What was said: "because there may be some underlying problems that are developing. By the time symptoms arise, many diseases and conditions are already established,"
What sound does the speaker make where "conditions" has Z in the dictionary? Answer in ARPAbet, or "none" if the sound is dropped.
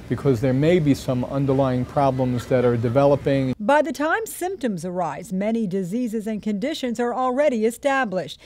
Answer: Z